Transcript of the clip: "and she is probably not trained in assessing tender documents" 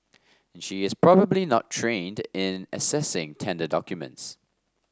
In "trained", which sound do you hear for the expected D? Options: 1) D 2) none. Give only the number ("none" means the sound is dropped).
1